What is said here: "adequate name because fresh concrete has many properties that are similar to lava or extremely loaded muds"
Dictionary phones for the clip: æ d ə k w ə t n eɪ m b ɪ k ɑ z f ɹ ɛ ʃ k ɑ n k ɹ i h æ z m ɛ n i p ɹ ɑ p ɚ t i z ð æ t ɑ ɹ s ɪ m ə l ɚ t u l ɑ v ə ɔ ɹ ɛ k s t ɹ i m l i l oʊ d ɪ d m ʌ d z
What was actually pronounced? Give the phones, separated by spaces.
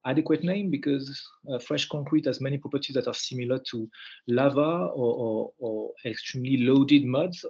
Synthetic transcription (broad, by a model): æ d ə k w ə t n eɪ m b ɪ k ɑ z f ɹ ɛ ʃ k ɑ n k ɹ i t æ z m ɛ n i p ɹ ɑ p ɚ t i z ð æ t ɑ ɹ s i m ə l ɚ t u l ɑ v ə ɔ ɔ ɛ k s t ɹ i m l i l oʊ d ɪ d m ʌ d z